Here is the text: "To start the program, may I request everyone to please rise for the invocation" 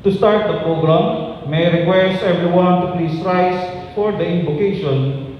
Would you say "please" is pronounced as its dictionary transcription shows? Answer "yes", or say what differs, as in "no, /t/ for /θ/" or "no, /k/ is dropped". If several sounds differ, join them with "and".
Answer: no, /s/ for /z/